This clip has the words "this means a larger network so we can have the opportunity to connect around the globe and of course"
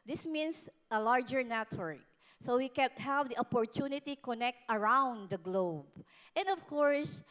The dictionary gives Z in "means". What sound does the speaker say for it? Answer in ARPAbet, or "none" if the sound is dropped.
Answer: S